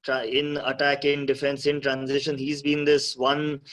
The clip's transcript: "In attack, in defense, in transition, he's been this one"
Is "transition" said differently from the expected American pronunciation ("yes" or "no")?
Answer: no